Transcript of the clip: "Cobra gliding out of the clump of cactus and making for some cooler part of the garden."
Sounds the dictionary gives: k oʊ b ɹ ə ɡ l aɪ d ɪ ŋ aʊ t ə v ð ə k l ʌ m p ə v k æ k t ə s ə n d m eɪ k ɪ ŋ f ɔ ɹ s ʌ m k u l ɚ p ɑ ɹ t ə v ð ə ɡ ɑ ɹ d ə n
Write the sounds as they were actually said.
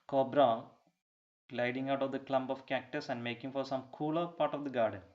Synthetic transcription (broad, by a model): k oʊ b ɹ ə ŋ l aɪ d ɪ ŋ aʊ t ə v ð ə k l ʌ m b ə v k æ k t ə s ə n d m eɪ k ɪ ŋ f ɔ ɹ s ʌ m k u l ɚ p ɑ ɹ t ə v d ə ɡ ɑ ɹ d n